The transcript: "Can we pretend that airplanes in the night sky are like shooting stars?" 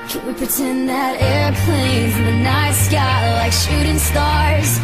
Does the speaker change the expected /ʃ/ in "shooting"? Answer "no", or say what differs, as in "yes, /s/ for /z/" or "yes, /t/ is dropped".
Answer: no